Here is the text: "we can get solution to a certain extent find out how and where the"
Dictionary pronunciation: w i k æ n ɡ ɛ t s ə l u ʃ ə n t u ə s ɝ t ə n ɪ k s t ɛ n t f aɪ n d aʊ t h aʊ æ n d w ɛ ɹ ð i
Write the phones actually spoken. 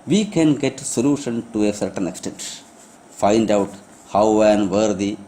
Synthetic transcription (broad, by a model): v i k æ n ɡ ɛ t s ə l u ʃ ə n t u ə s ɝ t ə n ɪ k s t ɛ n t f aɪ n d aʊ t h aʊ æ n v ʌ ɹ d i